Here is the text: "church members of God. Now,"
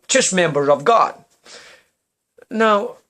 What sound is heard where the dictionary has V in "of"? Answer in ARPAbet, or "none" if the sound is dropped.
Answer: V